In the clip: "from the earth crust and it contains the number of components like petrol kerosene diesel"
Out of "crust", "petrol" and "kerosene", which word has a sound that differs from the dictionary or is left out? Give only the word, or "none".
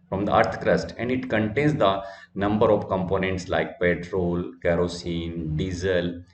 none